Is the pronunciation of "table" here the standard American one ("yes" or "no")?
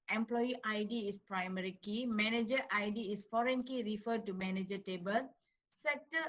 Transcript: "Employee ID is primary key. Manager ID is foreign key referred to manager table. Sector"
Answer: yes